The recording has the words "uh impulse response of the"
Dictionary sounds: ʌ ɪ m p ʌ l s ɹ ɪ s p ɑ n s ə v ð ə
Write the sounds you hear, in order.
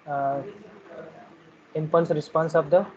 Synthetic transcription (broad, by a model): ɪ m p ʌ n s ɹ ɪ s p ɑ n s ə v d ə